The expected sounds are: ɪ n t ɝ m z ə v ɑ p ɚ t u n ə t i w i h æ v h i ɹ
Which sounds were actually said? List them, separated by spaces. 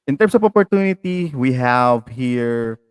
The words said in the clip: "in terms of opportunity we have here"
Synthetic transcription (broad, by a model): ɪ n t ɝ m s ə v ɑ p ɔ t u n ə t i w i h æ v h i ɹ